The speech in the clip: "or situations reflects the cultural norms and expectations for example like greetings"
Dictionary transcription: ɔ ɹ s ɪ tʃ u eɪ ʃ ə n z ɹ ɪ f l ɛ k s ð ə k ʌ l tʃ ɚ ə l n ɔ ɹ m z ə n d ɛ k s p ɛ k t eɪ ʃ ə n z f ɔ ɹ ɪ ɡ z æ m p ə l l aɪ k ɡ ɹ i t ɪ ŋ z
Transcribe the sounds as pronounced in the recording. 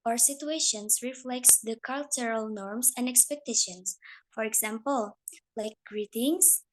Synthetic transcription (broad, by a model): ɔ ɹ s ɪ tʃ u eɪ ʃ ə n s ɹ ɪ f l ɛ k s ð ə k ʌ l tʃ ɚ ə l n ɔ ɹ m s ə n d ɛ k s p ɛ k t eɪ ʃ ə n s f ɔ ɹ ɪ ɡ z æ m p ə l l aɪ k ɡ ɹ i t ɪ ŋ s